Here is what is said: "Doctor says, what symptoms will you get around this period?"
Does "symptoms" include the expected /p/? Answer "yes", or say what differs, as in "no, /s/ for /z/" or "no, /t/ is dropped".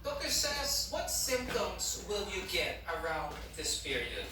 yes